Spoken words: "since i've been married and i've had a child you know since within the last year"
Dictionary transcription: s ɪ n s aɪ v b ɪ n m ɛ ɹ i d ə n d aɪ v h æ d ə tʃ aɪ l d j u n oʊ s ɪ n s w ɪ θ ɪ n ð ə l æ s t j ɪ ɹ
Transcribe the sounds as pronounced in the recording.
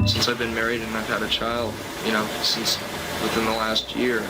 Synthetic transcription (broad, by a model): s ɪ n s aɪ v b ɪ n m ɛ ɹ i d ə n aɪ v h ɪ d ə tʃ aɪ l d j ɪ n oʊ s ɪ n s w ɪ θ ɪ n ð ə l æ s t j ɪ ɹ